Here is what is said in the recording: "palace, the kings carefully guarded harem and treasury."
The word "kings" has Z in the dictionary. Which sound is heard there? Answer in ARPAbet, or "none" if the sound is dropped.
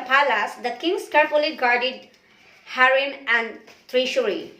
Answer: S